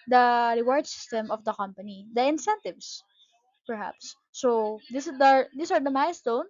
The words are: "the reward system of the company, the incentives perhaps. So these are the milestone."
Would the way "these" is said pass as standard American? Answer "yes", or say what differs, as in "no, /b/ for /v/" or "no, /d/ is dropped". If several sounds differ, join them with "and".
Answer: no, /s/ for /z/